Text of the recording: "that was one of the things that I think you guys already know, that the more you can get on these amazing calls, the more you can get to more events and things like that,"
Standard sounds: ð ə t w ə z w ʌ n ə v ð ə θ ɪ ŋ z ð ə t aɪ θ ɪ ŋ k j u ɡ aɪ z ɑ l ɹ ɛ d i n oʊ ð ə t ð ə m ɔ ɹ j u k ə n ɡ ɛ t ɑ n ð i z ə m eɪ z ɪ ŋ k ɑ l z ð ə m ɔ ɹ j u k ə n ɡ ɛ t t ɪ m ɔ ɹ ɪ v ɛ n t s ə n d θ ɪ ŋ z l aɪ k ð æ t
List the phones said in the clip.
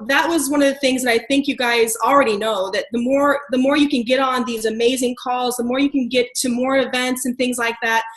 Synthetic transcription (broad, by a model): ð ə t w ə z w ʌ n ə v ð ə θ ɪ ŋ z ð ə t aɪ θ ɪ ŋ k j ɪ ɡ aɪ z l ɹ ɛ d i n oʊ ð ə t ð ə m ɔ ɹ j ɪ k ə n ɡ ɛ t n ð i z ə m eɪ z ɪ ŋ k ɑ l z ð ə m ɔ ɹ j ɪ k ə n ɡ ɛ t t ɪ m ɔ ɹ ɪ v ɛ n t s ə n θ ɪ ŋ z l aɪ k ð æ t